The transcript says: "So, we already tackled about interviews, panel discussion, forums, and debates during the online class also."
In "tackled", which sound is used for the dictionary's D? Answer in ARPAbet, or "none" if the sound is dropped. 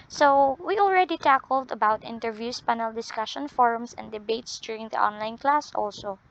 D